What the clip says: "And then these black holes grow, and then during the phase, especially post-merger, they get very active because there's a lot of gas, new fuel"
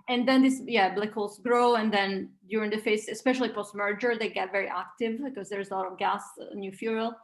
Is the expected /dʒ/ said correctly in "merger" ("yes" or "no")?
yes